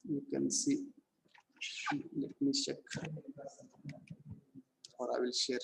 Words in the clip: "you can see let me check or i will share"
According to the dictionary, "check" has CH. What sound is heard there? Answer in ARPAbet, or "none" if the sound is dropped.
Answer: SH